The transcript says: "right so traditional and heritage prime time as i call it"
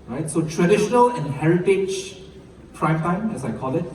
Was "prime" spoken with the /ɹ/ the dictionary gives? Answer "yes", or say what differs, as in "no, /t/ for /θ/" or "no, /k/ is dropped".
yes